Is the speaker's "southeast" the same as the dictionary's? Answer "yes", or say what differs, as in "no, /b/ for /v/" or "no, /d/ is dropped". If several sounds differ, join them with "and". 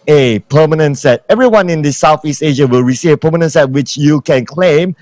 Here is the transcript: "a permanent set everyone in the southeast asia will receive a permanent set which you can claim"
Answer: yes